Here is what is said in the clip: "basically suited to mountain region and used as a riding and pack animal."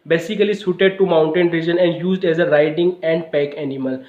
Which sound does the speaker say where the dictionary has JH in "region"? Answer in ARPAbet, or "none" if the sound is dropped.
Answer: JH